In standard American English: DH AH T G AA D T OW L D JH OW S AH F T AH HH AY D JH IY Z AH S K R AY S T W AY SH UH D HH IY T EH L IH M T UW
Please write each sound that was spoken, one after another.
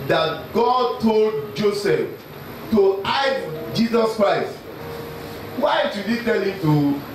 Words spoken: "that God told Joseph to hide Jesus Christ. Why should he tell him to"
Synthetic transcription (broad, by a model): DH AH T G AA D T OW L D JH OW S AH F T AH AY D JH IY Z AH S K R AY S T W AY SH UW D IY T EH L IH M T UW